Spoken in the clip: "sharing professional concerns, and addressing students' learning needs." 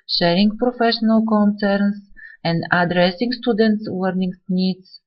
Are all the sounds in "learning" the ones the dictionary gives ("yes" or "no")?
no